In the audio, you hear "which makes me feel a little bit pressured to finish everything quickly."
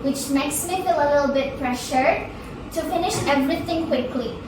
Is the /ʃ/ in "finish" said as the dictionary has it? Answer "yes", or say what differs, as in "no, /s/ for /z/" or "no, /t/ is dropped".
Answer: yes